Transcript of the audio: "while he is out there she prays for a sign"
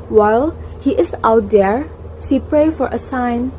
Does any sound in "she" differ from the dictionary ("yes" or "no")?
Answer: yes